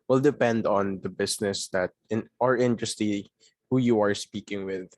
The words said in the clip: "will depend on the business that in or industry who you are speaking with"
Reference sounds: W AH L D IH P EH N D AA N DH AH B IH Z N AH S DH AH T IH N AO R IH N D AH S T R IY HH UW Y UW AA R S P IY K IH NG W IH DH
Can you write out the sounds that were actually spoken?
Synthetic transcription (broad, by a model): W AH L D IH P EH N D AA N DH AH B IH S N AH S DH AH T IH N AO R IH N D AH S T IY HH UW Y UW AA R S P IY K IH NG W IH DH